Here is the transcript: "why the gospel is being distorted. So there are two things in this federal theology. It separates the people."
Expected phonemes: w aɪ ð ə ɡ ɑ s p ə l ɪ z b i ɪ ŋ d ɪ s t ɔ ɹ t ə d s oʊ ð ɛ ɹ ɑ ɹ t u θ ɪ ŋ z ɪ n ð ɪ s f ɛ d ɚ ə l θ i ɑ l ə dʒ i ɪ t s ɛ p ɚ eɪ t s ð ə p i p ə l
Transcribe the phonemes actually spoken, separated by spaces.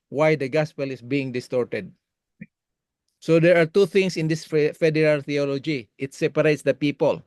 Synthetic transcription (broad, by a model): w aɪ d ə ɡ ɑ s p ə l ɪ s b i ɪ ŋ d ɪ s t ɔ ɹ t ə d s oʊ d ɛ ɹ ɑ ɹ t u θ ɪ ŋ s ɪ n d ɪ s f ɛ d ɚ ə l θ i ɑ l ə dʒ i ɪ t s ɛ p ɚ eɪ t s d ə p i p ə l